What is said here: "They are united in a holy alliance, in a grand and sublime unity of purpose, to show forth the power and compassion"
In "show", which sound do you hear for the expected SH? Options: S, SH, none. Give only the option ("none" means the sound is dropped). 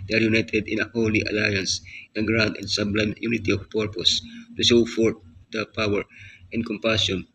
S